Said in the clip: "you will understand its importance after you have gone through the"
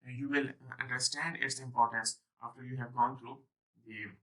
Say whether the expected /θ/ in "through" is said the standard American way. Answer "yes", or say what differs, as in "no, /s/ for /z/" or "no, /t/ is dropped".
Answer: no, /t/ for /θ/